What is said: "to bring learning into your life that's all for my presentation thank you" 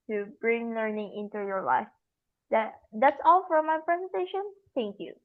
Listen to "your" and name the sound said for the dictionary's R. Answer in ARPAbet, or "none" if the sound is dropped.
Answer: R